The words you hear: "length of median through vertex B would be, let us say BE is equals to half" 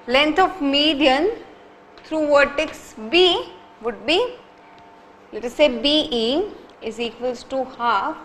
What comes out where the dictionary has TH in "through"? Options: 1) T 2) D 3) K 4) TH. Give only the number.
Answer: 1